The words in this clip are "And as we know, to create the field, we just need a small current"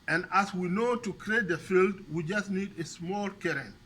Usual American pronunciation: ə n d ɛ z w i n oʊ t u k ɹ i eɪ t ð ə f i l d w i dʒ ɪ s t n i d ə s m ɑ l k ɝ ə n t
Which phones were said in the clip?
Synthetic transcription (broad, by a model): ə n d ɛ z w i n oʊ t u k ɹ i eɪ t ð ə f i l d w i dʒ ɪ s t n i d ə s m ɑ l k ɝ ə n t